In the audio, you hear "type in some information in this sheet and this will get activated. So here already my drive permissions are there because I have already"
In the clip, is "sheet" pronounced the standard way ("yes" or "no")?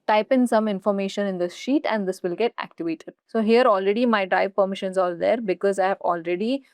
yes